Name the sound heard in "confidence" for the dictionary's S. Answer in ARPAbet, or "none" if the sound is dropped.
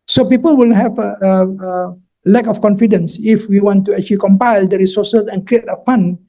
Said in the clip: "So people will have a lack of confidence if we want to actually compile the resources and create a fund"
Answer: S